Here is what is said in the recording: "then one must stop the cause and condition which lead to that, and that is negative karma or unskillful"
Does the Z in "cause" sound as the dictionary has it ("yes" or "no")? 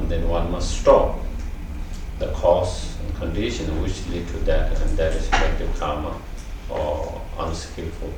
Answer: no